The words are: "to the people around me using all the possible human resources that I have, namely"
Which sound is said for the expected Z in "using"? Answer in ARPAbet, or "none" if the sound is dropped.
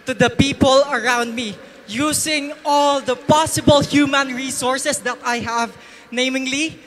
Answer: S